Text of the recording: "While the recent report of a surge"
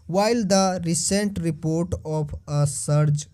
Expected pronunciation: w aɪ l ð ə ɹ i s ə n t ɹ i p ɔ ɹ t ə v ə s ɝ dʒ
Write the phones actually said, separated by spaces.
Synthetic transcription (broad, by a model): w aɪ l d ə ɹ i s ə n t ɹ i p ɔ ɹ t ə p ə s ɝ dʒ